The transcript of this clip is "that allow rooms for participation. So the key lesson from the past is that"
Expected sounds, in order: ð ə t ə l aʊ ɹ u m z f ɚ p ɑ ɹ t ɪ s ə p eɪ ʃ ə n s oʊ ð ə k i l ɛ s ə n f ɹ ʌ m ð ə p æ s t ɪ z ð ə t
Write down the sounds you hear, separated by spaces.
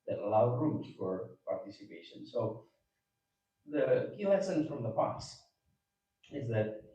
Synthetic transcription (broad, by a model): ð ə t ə l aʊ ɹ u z f ɚ p ɑ ɹ t ɪ s ə p eɪ ʃ ə n s oʊ ð ə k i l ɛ s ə n f ɹ ʌ m ð ə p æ s ɪ z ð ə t